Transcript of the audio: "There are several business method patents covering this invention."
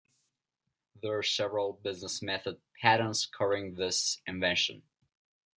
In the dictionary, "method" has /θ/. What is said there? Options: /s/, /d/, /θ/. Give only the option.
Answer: /θ/